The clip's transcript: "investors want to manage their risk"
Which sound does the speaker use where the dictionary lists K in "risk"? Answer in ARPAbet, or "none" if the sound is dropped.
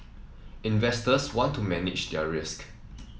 K